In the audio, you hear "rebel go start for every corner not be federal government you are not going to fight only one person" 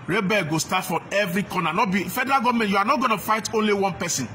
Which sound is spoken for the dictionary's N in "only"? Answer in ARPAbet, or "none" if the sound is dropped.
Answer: N